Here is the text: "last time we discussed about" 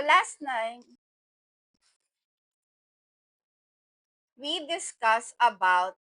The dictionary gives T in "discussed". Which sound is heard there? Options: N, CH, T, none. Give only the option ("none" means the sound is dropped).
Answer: none